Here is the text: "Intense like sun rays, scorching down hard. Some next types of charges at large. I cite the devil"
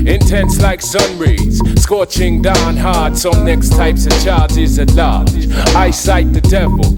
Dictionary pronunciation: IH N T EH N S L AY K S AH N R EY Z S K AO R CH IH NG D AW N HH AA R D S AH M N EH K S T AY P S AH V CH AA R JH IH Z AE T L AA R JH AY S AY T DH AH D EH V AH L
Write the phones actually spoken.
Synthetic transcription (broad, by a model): IH N T EH N S L AY K S AH N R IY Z S K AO CH IH NG D AW N HH AA R D S AH M N EH K S T AY P S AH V CH AA R JH IH Z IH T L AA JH AY S AY T DH AH D EH V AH L